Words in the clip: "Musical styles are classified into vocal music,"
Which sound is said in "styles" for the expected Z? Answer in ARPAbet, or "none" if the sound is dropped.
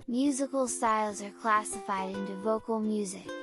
Z